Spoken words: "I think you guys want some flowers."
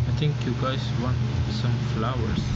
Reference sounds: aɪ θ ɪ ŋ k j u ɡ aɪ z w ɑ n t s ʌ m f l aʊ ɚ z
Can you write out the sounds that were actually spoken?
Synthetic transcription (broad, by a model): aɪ t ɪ ŋ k j u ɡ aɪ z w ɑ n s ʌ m f l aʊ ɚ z